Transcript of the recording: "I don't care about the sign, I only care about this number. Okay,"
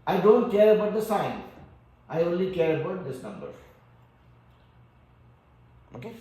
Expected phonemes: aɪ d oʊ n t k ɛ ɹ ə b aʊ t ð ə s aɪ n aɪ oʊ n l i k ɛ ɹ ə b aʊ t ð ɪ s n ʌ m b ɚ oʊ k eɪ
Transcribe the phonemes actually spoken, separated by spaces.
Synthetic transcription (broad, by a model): aɪ d oʊ n t k ɛ ɹ ə b aʊ t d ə s aɪ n aɪ oʊ n l i k ɛ ɹ ə b aʊ t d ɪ s n ʌ m b ɚ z